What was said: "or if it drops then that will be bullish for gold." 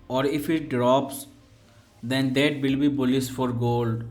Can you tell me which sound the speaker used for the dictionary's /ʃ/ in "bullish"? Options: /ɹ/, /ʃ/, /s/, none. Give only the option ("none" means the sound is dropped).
/s/